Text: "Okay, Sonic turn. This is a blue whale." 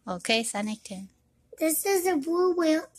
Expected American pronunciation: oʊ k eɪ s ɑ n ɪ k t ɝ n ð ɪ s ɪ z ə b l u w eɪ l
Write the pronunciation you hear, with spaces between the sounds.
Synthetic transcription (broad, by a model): oʊ k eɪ s ɑ n ɪ k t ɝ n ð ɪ s ɪ z ə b u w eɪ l